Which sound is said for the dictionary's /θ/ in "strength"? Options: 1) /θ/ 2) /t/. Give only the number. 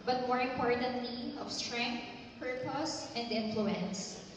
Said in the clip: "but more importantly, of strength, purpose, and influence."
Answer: 2